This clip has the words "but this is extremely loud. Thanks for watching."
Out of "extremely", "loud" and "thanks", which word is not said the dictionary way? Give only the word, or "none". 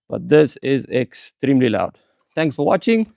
thanks